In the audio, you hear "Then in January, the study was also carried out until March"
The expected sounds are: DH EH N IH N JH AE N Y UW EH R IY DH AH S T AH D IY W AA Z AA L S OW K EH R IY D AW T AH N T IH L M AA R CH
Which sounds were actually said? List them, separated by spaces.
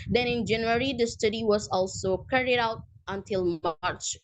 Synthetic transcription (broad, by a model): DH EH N IH N JH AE N Y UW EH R IY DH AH S T AH D IY W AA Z AA L S OW K EH R IY D AW T AH N T IH L M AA R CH